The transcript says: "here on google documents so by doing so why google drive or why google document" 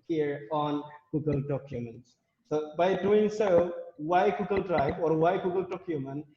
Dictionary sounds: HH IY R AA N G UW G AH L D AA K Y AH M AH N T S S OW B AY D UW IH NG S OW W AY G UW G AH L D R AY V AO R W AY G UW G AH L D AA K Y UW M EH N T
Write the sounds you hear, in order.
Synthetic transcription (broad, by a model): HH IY R AA N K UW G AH L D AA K Y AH M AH N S S OW B AY D UW IH NG S OW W AY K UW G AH L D R AY B AO R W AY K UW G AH L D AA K Y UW M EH N